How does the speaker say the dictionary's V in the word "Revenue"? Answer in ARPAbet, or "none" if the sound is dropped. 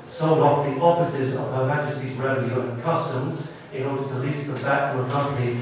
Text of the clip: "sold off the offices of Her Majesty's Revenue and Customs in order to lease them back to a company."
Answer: none